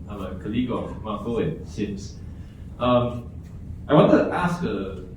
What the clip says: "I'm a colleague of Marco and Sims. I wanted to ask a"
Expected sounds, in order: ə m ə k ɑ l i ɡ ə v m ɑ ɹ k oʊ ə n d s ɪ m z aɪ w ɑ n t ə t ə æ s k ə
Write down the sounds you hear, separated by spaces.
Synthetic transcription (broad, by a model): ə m ə k ɑ l i ɡ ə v m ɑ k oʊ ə n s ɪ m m aɪ w ɑ n t ə t ə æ s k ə